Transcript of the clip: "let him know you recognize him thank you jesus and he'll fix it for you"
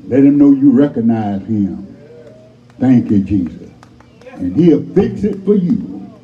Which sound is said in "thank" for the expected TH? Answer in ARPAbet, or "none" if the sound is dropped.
TH